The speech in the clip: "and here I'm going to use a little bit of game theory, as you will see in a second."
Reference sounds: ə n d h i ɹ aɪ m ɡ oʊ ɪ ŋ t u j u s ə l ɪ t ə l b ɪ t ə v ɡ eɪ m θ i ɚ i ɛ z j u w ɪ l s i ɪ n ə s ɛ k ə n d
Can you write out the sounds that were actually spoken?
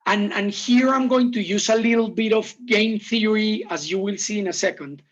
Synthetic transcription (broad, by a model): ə n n h i ɹ aɪ m ɡ oʊ ɪ ŋ t u j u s ə l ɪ t l b ɪ t ə v ɡ eɪ m θ i ɚ i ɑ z j u w ɪ l s i ɪ n ə s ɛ k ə n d